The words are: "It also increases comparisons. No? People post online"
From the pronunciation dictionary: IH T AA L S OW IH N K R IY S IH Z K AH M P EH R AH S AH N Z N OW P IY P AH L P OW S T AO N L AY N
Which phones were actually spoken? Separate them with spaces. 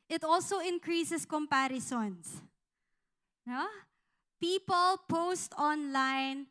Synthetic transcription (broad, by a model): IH T AA L S OW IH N K R IY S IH S K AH M P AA R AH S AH N S N OW P IY P AH L P OW S T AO N L AY N